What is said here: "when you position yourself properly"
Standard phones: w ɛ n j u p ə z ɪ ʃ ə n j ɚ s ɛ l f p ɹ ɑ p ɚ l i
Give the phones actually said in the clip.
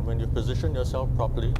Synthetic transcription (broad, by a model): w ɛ n j u p ə z ɪ ʃ ə n j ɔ s ɛ l f p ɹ ɑ p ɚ l i